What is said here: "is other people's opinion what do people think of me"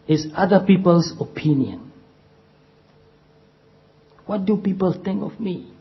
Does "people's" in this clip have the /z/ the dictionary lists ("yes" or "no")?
no